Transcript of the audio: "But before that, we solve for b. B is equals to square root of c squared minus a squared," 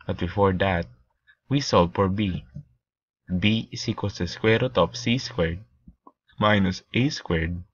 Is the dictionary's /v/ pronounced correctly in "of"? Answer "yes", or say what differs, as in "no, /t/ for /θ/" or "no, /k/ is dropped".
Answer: no, /p/ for /v/